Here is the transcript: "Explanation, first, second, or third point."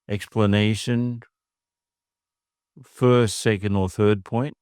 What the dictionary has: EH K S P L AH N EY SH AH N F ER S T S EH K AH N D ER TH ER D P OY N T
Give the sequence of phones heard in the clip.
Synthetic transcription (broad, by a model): EH K S P L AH N EY SH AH N F ER S T S EH K AH N D ER TH ER D P OY N T